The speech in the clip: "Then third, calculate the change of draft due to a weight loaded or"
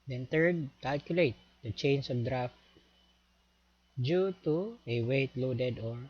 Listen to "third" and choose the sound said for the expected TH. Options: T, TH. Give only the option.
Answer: T